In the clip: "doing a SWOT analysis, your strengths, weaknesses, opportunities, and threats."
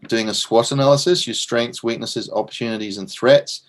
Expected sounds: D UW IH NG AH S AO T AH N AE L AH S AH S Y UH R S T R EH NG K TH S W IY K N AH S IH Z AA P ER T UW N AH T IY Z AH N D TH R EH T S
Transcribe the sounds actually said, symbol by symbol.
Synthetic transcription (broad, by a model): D UW IH NG AH S AO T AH N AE L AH S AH S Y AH S T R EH NG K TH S W IY K N AH S IH Z AA P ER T UW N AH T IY Z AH N TH R EH T S